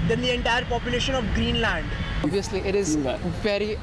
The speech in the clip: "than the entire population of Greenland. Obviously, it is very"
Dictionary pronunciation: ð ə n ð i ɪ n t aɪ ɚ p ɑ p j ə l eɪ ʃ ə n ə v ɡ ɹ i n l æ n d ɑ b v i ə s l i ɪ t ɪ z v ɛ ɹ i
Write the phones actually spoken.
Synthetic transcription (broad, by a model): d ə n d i ɪ n t aɪ ɚ p ɑ p j ə l eɪ ʃ ə n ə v ɡ ɹ i n l æ n d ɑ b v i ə s l i ɪ t ɪ z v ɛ ɹ i